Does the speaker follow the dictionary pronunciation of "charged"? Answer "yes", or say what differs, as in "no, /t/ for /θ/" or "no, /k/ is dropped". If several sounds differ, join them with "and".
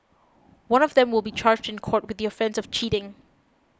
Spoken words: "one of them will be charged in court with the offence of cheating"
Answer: yes